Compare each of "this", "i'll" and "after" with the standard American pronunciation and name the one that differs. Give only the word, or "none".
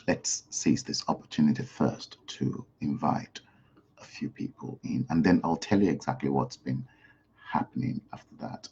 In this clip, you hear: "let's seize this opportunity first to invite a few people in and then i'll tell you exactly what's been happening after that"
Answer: none